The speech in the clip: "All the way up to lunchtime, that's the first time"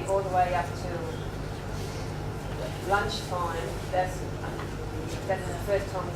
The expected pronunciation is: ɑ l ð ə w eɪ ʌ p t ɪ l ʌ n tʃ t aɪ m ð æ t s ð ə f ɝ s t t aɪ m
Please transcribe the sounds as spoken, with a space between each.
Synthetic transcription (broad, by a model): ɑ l ð ə w eɪ ʌ p t ɪ l ʌ n tʃ t aɪ m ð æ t s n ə f ɝ s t t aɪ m